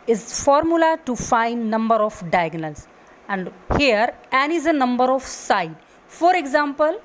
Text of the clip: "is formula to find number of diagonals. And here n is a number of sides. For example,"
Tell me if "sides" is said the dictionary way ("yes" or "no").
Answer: no